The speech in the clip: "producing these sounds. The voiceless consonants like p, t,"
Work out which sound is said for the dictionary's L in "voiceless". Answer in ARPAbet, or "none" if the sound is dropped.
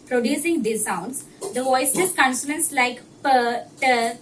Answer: none